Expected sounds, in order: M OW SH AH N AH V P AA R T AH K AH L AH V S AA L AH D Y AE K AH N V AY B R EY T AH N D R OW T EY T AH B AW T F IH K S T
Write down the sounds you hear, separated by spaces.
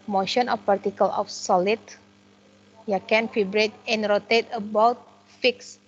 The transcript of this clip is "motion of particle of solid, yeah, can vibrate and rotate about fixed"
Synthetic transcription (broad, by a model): M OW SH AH N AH F P AA R T AH K AH L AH F S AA L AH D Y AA K AH N F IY B R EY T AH N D R OW T EY T AH B AW T F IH K S